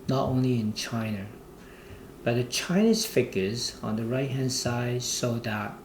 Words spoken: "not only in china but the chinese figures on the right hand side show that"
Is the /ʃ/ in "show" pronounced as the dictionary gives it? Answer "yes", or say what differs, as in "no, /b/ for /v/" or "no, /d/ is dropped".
no, /s/ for /ʃ/